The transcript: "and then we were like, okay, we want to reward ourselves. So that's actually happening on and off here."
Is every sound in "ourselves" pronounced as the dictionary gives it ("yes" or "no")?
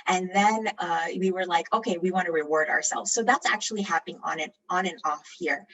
yes